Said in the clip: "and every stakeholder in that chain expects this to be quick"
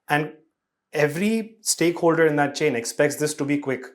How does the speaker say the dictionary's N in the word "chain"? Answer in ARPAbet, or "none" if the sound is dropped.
N